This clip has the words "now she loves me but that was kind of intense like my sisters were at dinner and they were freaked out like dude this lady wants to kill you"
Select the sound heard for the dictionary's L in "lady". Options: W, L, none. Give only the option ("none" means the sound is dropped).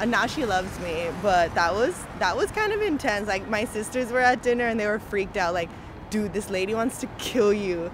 L